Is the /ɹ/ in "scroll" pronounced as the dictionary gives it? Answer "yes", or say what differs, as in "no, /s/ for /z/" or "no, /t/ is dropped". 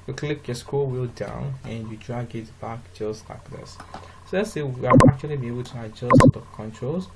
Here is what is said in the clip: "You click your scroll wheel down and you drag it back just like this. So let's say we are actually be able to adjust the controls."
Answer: no, /ɹ/ is dropped